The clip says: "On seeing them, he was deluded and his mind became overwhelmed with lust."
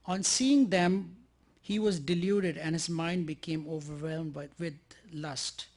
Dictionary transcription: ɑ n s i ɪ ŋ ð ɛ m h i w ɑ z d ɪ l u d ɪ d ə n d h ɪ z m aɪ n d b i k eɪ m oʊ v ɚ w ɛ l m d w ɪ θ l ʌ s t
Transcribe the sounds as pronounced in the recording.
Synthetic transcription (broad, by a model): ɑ n s i ɪ ŋ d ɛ m h i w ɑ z d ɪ l u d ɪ d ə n h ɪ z m aɪ n d b i k eɪ m oʊ v ɚ w ɛ l m d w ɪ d l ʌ s t